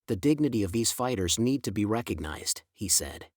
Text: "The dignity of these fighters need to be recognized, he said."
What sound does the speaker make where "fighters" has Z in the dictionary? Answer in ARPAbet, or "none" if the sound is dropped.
Z